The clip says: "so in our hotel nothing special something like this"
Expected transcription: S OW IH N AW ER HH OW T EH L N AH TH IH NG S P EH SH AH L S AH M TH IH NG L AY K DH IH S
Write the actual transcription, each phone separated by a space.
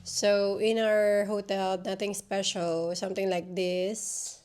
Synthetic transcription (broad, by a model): S OW IH N AW ER HH OW T EH L N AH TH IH NG S P EH SH AH L S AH M T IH NG L AY K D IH S